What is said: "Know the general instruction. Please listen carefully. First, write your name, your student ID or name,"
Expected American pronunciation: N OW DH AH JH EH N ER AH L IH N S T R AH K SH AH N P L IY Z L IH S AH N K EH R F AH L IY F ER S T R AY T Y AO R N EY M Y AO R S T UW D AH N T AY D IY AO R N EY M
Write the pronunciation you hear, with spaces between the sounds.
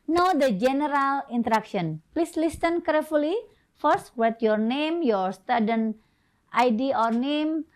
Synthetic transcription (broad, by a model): N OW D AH JH EH N ER AH L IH N T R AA K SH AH N P L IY S L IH S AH N K EH R F AH L IY F ER S T W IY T Y AO R N EY M Y AO R S T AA D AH N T AY D IY AO R N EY M